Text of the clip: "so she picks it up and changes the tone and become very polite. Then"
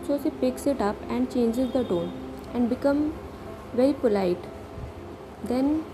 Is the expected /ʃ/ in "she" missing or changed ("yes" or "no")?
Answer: yes